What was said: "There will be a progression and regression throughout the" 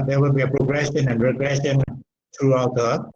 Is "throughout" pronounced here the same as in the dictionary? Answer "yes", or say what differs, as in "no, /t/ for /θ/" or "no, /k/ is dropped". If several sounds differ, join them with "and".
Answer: no, /t/ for /θ/